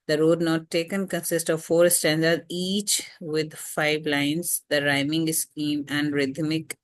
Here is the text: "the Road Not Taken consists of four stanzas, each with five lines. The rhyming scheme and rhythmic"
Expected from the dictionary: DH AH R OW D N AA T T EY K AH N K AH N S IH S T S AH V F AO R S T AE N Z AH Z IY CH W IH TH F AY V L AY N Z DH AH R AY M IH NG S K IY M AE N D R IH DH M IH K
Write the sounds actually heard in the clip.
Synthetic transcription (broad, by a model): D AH R OW D N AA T T EY K AH N K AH N S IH S T AH V F AO R S T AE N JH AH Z IY CH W IH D F AY V L AY N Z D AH R AY M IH NG S K IY M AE N D R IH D M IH K